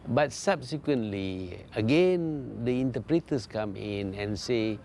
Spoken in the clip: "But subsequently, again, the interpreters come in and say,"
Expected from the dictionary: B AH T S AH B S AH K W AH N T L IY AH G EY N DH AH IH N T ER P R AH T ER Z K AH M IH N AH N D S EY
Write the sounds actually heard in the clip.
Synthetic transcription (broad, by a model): B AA T S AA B S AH K W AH N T L IY AH G EY N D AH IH N T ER P R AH T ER S K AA M IH N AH N S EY